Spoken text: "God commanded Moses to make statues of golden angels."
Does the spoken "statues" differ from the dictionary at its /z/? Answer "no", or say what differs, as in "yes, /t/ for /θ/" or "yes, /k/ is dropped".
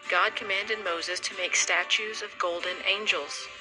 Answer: no